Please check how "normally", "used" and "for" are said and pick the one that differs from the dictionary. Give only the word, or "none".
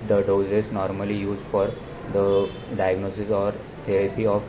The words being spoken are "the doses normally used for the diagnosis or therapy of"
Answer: none